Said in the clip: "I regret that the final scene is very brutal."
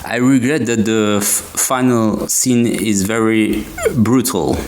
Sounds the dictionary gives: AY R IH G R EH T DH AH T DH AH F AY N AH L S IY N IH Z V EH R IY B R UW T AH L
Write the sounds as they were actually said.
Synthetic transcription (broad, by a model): AY R IH G R EH T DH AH T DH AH F AY N AH L S IY N IH Z V EH R IY B R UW T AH L